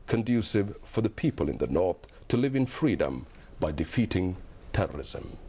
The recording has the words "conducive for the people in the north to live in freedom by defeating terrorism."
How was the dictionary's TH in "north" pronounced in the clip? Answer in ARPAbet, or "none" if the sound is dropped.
TH